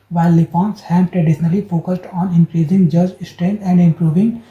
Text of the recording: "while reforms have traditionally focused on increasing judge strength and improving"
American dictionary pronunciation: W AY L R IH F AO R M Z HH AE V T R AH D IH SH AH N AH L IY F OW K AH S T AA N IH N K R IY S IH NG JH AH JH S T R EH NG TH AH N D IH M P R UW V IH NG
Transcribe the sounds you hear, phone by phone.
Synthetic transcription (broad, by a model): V AY L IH P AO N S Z HH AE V T R AH D IH SH AH N AH L IY F OW K AH S T AA N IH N K R IY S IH NG JH AH JH S T R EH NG AH N D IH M P R UW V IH NG